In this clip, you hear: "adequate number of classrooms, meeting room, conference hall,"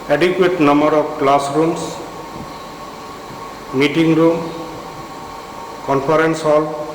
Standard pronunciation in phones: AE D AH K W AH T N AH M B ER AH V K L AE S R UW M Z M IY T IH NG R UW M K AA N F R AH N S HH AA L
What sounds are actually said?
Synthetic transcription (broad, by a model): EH D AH K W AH T N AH M B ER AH P K L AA S R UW M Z M IY T IH NG R UW M K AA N P R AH N S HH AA L